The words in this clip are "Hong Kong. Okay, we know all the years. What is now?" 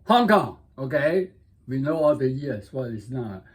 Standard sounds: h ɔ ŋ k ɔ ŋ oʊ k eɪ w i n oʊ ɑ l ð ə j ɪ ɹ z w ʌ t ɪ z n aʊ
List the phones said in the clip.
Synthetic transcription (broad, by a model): h ɔ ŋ k ɔ ŋ oʊ k eɪ w i n oʊ ɑ l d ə j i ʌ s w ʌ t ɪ s n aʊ